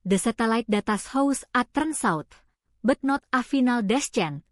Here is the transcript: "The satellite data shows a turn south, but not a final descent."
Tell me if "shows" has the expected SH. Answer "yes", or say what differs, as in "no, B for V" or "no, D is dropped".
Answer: no, S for SH